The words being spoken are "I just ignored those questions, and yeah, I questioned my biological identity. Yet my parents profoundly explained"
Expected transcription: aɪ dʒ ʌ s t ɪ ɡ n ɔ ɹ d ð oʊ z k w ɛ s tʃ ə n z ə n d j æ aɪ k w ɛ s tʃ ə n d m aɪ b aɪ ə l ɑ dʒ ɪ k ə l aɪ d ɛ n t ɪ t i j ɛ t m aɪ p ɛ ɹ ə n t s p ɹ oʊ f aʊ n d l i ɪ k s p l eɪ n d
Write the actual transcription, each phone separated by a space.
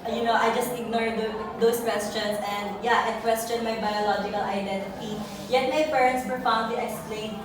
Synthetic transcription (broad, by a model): aɪ dʒ ʌ s t ɪ ɡ n ɔ ɹ d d oʊ s k w ɛ s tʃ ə n s ə n d j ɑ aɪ k w ɛ s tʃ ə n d m aɪ b aɪ ə l ɑ dʒ ɪ k ə l aɪ d ɛ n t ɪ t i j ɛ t m aɪ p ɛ ɹ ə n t s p oʊ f aʊ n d l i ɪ k s p l eɪ n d